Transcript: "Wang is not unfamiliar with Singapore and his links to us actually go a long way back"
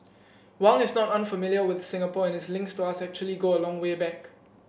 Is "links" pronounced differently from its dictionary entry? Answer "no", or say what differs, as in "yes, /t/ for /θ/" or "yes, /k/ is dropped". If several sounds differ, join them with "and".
no